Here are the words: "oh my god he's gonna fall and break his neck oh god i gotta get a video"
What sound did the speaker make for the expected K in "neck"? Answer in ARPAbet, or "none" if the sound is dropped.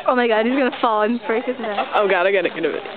none